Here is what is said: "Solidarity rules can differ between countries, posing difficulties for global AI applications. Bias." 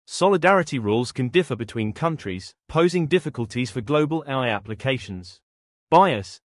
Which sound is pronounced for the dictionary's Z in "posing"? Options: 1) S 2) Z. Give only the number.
2